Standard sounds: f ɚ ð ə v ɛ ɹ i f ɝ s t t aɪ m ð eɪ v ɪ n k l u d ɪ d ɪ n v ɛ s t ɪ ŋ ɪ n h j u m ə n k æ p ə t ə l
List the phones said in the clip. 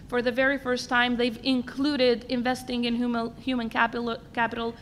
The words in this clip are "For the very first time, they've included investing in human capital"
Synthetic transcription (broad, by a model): f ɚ ð ə v ɛ ɹ i f ɝ s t t aɪ m ð eɪ v ɪ n k l u d ɪ d ɪ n v ɛ s t ɪ ŋ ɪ n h j u m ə n k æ p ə t l